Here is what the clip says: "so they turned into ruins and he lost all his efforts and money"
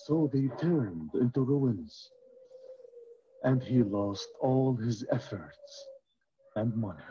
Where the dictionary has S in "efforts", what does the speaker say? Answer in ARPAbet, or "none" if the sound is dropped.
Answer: S